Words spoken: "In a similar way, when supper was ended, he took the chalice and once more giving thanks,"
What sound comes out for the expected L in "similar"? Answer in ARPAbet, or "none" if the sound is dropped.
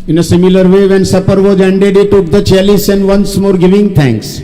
L